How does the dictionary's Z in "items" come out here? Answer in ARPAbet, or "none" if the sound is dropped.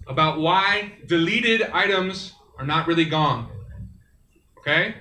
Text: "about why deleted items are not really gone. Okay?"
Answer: Z